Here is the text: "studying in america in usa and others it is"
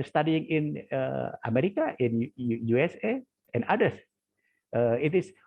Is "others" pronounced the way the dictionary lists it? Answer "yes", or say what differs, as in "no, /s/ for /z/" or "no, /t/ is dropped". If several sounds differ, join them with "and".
no, /z/ is dropped